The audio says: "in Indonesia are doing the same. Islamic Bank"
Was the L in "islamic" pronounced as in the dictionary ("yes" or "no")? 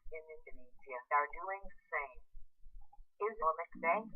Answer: no